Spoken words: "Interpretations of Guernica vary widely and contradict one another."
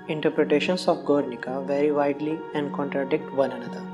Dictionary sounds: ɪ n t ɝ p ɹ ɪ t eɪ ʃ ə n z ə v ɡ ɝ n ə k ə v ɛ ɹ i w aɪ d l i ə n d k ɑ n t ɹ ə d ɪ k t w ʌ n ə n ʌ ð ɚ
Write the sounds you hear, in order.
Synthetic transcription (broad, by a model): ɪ n t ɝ p ɹ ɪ t eɪ ʃ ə n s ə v ɡ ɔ n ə k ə v ɛ ɹ i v aɪ d l i ə n d k ɑ n t ɹ ə d ɪ k t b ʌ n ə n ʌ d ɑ